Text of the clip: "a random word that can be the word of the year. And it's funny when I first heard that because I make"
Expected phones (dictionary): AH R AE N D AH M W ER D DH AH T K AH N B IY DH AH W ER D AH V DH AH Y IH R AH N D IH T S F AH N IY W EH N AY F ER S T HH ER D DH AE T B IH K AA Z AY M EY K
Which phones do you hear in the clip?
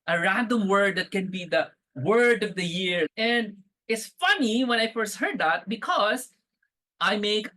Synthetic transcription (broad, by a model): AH R AE N D AH M W ER D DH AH T K AH N B IY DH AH W ER D AH V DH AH Y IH R AH N D IH T S F AH N IY W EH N AY F ER S T HH ER D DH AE T B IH K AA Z AY M EY K